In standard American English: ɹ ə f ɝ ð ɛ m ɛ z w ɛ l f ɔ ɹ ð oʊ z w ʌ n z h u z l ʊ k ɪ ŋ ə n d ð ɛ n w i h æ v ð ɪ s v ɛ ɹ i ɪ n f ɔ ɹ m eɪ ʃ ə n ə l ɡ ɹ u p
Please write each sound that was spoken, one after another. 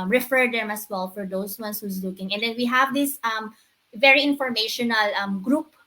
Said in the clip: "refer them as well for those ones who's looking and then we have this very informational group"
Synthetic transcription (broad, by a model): ɹ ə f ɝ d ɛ m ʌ s w ɛ l f ɔ ɹ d oʊ s w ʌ n s h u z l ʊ k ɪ ŋ ə n d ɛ n w i h æ v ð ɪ s v ɛ ɹ i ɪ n f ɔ ɹ m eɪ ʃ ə n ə l ɡ ɹ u p